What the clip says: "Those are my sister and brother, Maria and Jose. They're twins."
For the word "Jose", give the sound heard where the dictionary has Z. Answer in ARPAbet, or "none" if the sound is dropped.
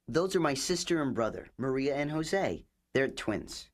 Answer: Z